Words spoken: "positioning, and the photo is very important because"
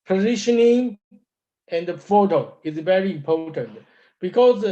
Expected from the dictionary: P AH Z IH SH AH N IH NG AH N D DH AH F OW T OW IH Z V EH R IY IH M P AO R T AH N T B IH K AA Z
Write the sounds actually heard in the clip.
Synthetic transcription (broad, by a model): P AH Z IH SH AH N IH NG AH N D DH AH F OW T OW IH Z V EH R IY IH M P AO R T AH N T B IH K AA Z